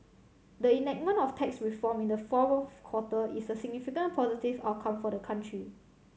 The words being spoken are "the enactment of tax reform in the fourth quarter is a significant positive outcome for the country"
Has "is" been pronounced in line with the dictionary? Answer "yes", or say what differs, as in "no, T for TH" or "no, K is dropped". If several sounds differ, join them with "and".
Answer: no, S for Z